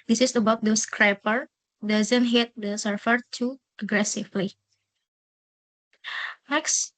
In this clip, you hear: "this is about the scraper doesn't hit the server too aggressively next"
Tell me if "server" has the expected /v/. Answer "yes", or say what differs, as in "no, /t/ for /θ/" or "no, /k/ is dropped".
no, /f/ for /v/